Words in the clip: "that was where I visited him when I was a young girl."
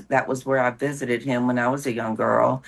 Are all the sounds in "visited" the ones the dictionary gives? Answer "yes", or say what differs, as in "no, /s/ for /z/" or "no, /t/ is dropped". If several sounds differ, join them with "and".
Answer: yes